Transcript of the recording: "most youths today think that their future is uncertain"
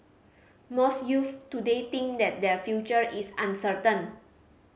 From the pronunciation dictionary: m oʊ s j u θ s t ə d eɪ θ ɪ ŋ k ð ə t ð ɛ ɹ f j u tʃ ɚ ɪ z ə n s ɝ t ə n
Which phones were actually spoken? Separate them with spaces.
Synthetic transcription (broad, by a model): m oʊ s j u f t ə d eɪ t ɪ ŋ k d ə t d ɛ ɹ f j u tʃ ɚ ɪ s ə n s ɝ t ə n